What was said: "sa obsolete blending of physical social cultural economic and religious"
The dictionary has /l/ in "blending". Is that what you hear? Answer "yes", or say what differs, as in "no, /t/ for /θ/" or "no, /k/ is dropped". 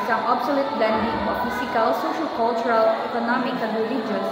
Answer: no, /l/ is dropped